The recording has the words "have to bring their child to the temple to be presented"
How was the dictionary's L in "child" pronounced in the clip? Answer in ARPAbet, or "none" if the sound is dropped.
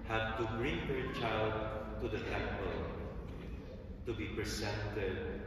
L